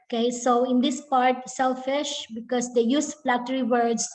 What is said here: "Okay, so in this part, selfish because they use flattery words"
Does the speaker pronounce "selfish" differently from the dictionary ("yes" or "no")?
no